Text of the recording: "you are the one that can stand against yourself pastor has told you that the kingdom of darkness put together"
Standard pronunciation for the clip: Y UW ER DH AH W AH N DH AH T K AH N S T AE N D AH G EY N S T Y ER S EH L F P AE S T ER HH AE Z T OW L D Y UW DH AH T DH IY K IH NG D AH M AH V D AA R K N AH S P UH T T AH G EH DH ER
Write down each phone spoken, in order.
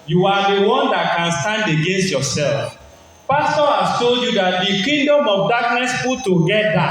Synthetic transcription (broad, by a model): Y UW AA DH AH W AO N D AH T K AH N S T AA N D AH G EY N S T Y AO S EH L F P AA S T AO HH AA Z T OW L D Y UW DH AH T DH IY K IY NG D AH M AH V D AA K N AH S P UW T T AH G EH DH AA